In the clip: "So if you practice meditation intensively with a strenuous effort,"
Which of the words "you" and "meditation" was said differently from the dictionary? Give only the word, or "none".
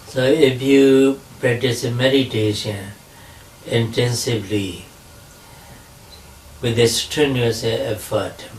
none